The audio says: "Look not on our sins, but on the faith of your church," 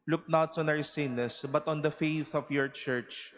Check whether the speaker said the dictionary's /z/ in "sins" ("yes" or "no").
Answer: no